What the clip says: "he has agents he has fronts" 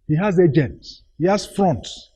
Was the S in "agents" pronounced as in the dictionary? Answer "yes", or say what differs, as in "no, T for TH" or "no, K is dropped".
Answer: no, S is dropped